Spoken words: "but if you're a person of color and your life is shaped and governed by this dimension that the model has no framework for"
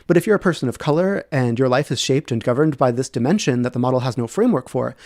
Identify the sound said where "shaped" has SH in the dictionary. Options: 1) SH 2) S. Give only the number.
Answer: 1